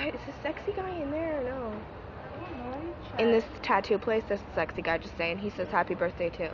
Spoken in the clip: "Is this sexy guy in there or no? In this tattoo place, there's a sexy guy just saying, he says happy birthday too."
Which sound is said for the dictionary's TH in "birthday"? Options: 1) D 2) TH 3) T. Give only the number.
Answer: 2